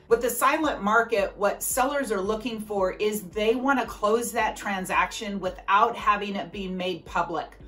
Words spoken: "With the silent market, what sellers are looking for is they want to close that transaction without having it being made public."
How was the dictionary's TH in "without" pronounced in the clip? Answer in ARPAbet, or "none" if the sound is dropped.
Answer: TH